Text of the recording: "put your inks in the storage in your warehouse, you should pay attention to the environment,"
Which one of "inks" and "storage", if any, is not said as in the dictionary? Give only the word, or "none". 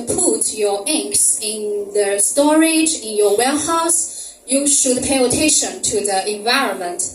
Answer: none